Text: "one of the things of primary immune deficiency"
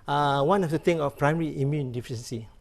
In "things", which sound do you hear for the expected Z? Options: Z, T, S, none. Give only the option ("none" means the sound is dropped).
none